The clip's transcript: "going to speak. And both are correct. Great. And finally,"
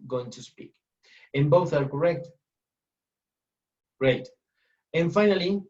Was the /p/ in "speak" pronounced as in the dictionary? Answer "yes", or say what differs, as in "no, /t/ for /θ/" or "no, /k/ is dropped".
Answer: yes